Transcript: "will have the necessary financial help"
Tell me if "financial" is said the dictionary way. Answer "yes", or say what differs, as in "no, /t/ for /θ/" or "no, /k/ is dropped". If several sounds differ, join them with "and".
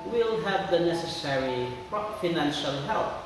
yes